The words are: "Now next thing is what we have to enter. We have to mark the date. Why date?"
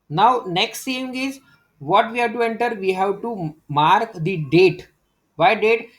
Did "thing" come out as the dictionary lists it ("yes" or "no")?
no